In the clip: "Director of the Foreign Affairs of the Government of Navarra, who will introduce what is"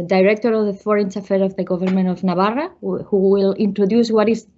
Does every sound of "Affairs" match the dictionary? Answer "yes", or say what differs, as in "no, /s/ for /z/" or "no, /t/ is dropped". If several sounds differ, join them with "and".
no, /z/ is dropped